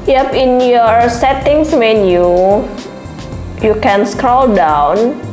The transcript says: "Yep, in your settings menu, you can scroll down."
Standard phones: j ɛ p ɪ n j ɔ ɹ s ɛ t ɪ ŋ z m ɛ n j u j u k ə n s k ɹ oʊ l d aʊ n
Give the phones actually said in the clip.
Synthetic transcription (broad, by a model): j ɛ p ɪ n j ɔ ɹ s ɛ t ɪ ŋ s m ɛ n j u j u k ə n s k ɹ oʊ l d aʊ n